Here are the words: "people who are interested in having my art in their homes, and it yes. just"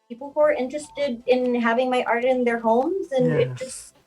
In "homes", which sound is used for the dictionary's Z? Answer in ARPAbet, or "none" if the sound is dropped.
Z